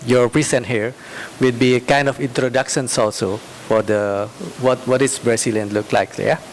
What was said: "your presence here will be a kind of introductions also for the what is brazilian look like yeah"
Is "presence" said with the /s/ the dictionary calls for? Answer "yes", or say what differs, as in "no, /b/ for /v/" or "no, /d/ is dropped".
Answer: no, /s/ is dropped